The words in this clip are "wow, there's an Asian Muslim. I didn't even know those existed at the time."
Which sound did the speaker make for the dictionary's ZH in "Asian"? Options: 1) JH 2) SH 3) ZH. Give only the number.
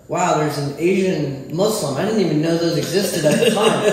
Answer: 3